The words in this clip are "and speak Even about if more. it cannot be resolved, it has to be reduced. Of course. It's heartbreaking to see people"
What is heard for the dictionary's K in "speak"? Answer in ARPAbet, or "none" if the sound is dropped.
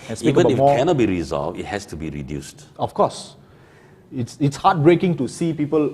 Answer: none